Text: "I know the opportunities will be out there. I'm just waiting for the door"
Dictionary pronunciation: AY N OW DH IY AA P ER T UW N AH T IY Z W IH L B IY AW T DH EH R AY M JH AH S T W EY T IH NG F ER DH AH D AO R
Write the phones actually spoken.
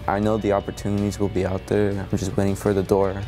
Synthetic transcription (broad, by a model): AY N OW DH IY AA P ER T UW N AH T IY Z W IH L B IY AW T DH EH R AY M JH AH S T W EY T IH NG F ER DH AH D AO R